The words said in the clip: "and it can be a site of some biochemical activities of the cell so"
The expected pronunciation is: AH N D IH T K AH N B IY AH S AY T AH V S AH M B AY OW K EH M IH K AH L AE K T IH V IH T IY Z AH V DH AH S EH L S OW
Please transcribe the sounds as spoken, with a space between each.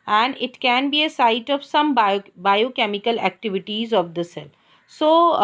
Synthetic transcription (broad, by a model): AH N D IH T K AH N B IY AH S AY T AH V S AH M B AY OW K EH M IH K AH L AE K T IH V IH T IY Z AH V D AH S EH L S OW